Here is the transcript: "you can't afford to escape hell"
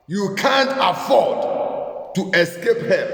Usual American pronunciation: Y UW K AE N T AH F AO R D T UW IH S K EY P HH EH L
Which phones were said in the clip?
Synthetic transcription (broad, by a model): Y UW K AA N T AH F AO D T UW IH S K EY P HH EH